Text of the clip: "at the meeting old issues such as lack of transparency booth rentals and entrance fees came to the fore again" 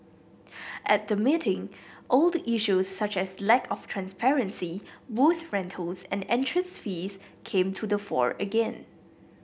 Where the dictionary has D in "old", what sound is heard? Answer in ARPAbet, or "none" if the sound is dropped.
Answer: D